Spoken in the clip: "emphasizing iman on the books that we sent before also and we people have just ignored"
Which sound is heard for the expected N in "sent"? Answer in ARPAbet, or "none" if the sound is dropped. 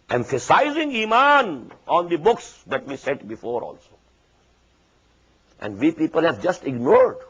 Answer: none